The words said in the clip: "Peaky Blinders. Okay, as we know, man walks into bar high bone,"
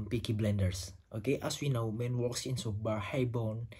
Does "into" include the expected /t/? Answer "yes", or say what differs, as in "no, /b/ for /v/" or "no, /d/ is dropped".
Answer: no, /s/ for /t/